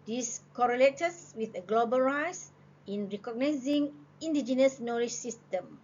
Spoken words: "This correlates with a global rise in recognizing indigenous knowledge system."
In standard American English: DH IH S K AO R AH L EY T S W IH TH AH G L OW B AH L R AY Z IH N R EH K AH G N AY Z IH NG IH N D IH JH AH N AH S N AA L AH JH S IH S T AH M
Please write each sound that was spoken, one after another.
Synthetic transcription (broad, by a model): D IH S K AO R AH L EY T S W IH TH AH G L OW B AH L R AY S IH N R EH K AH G N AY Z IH NG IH N D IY JH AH N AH S N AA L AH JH S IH S T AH M